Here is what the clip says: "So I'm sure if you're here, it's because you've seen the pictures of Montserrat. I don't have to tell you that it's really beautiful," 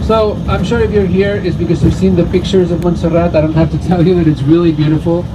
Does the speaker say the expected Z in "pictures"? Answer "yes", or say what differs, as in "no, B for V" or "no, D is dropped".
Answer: yes